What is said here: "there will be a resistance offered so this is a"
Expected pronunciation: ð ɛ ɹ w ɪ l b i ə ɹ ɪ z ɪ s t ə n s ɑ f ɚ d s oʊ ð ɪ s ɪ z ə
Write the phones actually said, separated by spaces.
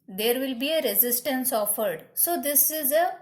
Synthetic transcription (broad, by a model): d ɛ ɹ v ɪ l b i ə ɹ ɪ z ɪ s t ə n s ɑ f ɚ d s oʊ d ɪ s ɪ z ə